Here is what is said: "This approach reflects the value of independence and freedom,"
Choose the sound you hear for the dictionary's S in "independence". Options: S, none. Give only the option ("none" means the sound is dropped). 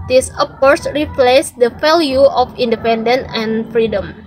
none